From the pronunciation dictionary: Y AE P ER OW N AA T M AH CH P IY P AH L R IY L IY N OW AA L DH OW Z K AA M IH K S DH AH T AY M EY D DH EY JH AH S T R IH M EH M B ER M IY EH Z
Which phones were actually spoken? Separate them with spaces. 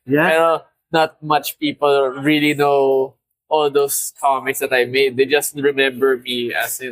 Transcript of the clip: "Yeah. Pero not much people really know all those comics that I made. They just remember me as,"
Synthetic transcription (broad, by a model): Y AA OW N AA T M AH CH P IY P AH L R IY L IY N OW AA L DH OW S K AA M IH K S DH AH T AY M EY D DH EY JH AH S T R IH M EH M B ER M IY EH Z